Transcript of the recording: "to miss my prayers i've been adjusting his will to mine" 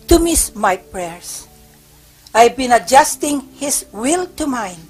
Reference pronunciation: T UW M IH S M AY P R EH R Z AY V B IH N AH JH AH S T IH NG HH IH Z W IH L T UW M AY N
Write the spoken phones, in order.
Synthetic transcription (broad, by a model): T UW M IH S M AY P R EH R S AY V B IH N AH JH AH S T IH NG HH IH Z W IH L T UW M AY N